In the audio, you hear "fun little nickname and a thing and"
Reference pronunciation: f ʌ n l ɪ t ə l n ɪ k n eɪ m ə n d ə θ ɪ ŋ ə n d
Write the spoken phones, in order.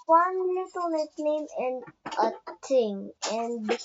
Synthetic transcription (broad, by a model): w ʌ n l ɪ t ə l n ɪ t n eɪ m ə n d ə t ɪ ŋ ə n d